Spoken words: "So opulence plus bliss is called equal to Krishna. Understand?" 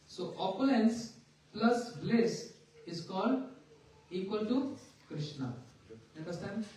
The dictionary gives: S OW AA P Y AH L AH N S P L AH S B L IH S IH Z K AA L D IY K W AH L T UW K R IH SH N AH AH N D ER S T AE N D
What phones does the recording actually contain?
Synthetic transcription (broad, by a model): S OW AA P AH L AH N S P L AH S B L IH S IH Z K AA L D IY K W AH L T UW K R IH SH N AH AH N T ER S T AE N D